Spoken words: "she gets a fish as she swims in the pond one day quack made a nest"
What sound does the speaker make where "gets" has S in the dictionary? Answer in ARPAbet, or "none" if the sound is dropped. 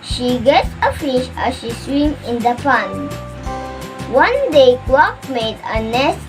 none